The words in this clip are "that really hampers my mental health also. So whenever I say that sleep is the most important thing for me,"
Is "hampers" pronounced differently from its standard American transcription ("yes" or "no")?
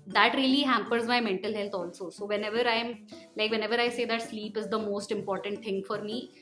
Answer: no